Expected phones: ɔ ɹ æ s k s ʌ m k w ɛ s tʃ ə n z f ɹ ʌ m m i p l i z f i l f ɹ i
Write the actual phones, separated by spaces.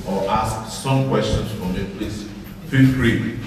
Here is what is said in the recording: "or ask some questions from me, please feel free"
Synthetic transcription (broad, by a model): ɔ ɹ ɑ s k s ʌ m k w ɛ s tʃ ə n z f ɹ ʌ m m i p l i s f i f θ ɹ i